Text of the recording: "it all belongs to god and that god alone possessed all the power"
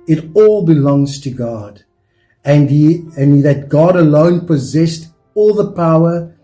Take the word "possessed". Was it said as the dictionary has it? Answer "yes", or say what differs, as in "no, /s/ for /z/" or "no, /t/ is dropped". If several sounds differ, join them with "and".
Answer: yes